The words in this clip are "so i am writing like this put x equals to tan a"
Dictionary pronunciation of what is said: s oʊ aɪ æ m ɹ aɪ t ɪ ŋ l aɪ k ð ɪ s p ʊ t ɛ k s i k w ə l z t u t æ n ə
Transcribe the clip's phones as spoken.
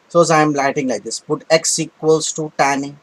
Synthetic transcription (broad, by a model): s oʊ aɪ m l aɪ t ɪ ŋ l aɪ k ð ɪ s p ʊ t ɛ k s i k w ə l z t u t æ n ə